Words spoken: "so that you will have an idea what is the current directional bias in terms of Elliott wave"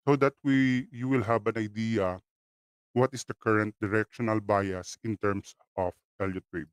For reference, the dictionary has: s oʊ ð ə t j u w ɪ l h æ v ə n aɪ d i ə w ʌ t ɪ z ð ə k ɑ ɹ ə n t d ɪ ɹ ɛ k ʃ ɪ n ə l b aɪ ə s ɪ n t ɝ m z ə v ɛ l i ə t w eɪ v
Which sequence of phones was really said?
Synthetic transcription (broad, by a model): s oʊ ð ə t j u w ɪ l h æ b ə n aɪ d i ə w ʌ t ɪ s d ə k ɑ ɹ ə n t d ɪ ɹ ɛ k ʃ ɪ n ə l b aɪ ə s ɪ n t ɝ m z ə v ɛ l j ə t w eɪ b